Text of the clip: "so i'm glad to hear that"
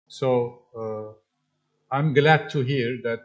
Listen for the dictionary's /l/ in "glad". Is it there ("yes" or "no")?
yes